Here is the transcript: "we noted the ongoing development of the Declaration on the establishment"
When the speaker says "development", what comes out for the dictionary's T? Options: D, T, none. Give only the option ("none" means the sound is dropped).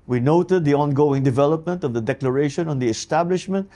T